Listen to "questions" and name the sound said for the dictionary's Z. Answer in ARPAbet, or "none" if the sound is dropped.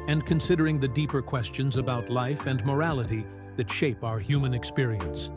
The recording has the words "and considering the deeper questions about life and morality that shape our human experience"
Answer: Z